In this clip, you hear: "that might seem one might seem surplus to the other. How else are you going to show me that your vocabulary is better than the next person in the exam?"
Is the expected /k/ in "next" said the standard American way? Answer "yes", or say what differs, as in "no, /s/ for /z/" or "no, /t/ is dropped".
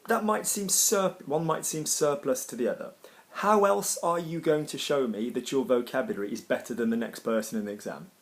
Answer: yes